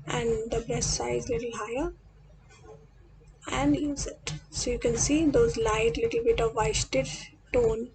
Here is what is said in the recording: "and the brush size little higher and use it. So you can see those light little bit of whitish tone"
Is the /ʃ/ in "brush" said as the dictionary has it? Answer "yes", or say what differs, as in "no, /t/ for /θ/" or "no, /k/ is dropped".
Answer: no, /s/ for /ʃ/